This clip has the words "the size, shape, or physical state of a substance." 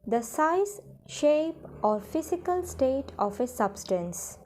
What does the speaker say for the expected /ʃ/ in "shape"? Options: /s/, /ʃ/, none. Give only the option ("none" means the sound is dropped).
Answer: /ʃ/